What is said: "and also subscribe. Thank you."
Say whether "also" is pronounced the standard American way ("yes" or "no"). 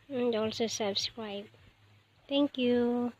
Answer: yes